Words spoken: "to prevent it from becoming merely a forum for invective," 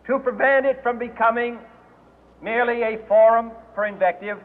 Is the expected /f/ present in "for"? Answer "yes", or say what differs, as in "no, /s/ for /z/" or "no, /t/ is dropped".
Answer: no, /p/ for /f/